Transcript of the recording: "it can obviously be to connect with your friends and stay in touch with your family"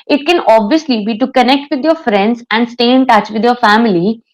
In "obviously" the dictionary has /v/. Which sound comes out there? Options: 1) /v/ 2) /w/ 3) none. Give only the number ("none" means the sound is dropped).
1